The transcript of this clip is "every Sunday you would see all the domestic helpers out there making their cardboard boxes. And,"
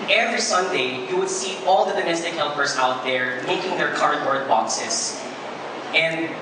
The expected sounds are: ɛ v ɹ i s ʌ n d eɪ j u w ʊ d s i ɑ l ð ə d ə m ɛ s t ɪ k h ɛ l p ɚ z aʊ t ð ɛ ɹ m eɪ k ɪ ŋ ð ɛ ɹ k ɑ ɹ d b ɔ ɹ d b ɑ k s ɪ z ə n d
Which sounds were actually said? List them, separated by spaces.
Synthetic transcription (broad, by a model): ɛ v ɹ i s ʌ n d eɪ j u w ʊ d s i ɑ l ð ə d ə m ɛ s t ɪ k h ɛ l p ɚ z aʊ t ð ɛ ɹ m eɪ k ɪ ŋ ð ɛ ɹ k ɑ ɹ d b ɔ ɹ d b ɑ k s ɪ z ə n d